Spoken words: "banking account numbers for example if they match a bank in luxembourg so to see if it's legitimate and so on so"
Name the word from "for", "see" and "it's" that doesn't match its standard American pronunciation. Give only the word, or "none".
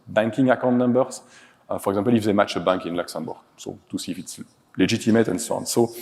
none